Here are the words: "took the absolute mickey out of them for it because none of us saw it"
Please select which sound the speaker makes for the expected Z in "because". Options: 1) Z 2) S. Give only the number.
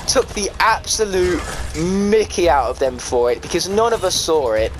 1